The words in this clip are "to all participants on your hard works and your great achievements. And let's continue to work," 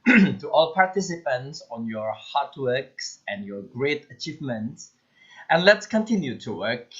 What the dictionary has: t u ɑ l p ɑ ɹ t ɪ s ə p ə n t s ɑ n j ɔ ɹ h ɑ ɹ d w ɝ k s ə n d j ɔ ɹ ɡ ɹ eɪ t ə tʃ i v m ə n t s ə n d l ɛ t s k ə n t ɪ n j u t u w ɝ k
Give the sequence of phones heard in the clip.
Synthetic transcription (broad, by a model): t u ɑ l p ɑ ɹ t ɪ s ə p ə n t s ɑ n j ɔ ɹ h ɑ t w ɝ k s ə n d j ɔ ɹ ɡ ɹ eɪ t ə tʃ i v m ə n t s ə n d l ɛ t s k ə n t ɪ n j u t u w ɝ k